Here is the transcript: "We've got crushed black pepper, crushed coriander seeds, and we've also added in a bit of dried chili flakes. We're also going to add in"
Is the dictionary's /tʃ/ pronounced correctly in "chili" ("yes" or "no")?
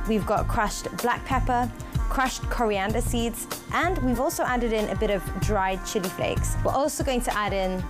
yes